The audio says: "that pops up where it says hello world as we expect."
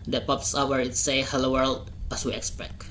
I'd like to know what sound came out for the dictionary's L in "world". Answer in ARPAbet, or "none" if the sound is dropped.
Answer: L